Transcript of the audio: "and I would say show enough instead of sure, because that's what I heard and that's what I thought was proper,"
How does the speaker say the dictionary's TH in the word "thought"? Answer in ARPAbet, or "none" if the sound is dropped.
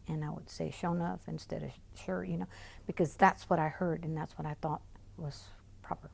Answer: TH